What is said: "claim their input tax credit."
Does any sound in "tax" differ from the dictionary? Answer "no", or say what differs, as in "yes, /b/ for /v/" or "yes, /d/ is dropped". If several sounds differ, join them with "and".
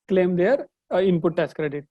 yes, /k/ is dropped